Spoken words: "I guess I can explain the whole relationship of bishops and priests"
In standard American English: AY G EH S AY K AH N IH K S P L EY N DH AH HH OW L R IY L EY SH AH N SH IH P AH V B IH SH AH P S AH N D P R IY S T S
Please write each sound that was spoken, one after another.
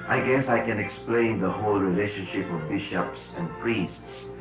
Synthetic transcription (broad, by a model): AY G EH S AY K AH N IH K S P L EY N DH AH HH OW L R IY L EY SH AH N SH IH P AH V B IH SH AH P S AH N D P R IY S T S